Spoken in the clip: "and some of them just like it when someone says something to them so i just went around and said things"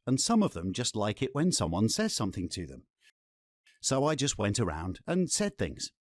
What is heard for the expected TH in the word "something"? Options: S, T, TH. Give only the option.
TH